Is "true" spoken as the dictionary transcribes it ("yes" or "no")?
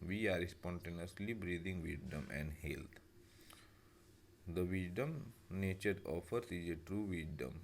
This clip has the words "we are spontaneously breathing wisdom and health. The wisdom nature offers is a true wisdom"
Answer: yes